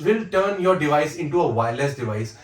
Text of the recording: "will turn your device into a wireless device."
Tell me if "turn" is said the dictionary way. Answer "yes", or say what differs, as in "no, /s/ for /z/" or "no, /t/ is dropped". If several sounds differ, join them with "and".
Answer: yes